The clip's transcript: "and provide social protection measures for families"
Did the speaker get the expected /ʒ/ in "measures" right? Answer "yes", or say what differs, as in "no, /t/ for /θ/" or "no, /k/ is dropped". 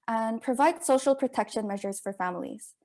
yes